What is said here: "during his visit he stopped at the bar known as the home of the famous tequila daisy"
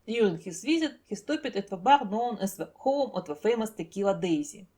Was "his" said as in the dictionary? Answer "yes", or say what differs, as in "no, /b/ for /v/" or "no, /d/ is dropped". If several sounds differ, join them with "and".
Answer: no, /s/ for /z/